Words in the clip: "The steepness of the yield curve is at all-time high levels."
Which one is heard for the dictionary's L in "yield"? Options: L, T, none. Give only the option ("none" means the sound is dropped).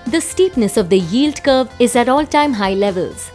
L